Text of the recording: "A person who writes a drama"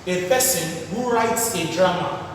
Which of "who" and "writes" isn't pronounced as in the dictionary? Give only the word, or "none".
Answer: none